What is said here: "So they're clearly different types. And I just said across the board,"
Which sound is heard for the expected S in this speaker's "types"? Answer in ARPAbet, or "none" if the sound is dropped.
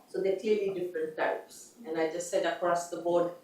S